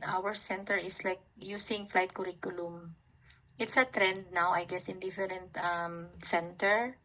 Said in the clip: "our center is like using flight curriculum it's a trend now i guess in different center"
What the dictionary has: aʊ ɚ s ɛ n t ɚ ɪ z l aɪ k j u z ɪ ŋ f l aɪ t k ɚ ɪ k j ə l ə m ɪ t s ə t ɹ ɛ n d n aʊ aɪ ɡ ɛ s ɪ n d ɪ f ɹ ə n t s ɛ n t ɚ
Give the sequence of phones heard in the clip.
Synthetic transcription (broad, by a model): aʊ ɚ s ɛ n t ɚ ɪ s l aɪ k j u s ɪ ŋ f l aɪ t k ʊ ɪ k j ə l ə m ɪ t s ə t ɹ ɛ n d n aʊ aɪ ɡ ɛ s ɪ n d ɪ f ɹ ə n t s ɛ n t ɚ